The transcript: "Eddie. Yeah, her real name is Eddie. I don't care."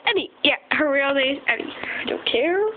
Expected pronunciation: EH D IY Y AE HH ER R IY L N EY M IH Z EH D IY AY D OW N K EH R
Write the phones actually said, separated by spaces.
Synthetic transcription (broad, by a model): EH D IY Y AE HH ER R IY L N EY IH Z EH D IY AY D OW N K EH R